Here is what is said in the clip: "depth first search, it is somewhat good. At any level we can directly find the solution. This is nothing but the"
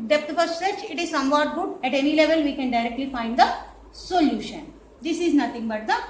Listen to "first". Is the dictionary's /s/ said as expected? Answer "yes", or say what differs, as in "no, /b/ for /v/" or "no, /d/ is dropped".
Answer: no, /s/ is dropped